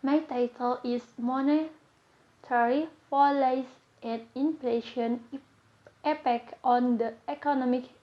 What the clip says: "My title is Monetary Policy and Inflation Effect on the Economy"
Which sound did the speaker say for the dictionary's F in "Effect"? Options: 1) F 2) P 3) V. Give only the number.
2